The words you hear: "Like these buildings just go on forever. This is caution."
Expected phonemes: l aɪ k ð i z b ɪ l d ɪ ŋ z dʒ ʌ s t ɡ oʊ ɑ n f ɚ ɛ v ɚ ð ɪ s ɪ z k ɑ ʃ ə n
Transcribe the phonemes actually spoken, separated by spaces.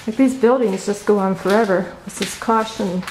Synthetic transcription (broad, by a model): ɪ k ð i z b ɪ l d ɪ ŋ z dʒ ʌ s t ɡ oʊ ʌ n f ɚ ɛ v ɚ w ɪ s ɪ s k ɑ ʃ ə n